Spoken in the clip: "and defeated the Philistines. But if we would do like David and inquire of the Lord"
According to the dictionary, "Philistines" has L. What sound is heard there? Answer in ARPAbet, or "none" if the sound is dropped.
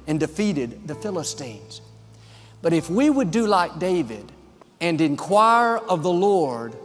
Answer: L